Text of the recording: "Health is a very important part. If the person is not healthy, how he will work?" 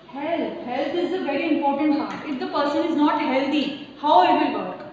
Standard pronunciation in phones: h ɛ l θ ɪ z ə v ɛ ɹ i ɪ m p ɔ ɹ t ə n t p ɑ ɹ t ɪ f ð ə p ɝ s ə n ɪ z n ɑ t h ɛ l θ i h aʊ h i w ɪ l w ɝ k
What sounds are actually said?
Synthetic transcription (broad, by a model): h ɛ l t ɪ z ə v ɛ ɹ i ɪ m p ɔ ɹ t ə n t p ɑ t ɪ f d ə p ɝ s ə n ɪ z n ɑ t h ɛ l t i h aʊ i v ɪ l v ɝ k